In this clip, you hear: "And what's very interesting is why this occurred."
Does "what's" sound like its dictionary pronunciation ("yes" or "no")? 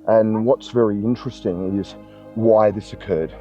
yes